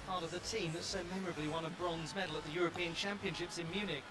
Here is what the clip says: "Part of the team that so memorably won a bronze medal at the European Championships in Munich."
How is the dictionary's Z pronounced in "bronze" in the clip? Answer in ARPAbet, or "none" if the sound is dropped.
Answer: Z